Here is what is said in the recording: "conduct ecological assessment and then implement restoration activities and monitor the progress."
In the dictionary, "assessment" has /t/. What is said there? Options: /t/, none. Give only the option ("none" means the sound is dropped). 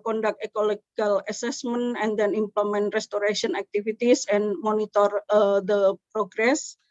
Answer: none